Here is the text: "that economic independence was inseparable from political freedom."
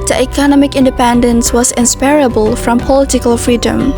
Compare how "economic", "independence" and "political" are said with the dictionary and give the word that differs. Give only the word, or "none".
none